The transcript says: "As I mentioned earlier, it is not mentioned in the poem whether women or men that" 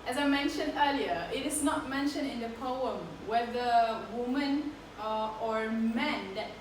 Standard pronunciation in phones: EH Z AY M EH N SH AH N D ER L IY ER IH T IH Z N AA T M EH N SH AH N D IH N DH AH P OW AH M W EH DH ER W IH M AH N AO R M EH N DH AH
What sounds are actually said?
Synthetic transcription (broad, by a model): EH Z AY M EH N SH AH N D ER L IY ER IH T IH S N AA T M EH N SH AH N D IH N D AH P OW AH M W EH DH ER W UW M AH N AO R M EH N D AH